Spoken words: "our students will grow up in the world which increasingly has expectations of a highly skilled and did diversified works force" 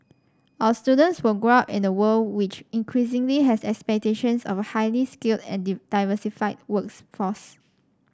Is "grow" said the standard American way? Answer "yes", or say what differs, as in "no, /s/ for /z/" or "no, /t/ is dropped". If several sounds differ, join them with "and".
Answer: yes